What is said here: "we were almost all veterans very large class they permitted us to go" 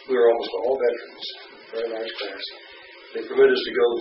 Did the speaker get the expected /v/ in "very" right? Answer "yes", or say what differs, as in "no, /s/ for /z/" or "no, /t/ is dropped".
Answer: no, /p/ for /v/